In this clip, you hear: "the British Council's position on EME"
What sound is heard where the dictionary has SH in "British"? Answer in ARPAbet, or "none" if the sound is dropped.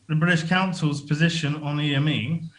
SH